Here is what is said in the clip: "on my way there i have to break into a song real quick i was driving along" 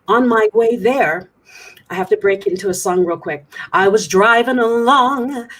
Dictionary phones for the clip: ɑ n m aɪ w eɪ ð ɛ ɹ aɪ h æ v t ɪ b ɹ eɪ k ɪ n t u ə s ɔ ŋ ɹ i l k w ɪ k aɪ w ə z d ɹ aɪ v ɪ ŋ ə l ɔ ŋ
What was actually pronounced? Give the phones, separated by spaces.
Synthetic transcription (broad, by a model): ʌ n m aɪ w eɪ ð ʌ ɹ aɪ h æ f t ɪ b ɹ eɪ k ɪ n t u ə s ɔ ŋ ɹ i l k w ɪ k aɪ w ə z d ɹ aɪ v ɪ ŋ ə l ɔ ŋ